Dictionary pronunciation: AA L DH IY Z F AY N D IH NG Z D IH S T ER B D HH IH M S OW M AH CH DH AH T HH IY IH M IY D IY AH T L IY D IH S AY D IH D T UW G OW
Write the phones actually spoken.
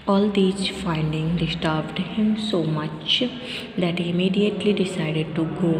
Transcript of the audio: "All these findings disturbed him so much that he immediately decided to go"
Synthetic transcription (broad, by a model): AA L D IY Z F AY N D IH NG D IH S T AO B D HH IH M S OW M AH CH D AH T HH IY IH M IY D IY AH T L IY D IH S AY D IH D T UW G OW